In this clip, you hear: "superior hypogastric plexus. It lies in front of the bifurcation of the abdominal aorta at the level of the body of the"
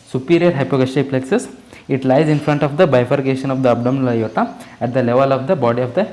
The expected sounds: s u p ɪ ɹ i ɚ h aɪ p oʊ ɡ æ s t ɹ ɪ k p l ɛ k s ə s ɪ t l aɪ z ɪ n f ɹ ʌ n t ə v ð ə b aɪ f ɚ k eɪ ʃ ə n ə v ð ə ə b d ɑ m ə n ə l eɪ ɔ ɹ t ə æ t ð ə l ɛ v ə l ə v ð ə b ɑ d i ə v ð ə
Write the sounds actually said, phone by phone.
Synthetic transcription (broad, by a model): s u p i ɹ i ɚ h aɪ p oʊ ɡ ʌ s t ɪ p l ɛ k s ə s ɪ t l aɪ z ɪ n f ɹ ʌ n t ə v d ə b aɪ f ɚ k eɪ ʃ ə n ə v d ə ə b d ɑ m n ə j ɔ t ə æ t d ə l ɛ v ə l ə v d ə b ɑ d i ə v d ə